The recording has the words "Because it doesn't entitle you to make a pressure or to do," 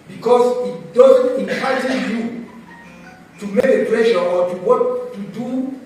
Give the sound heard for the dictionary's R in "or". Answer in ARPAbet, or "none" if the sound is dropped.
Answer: W